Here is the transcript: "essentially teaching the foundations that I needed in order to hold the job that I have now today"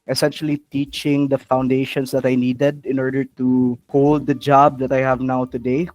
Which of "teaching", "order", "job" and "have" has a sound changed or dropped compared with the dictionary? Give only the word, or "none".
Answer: none